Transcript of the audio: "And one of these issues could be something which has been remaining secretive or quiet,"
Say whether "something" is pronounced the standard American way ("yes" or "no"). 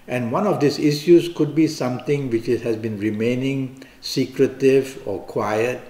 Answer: no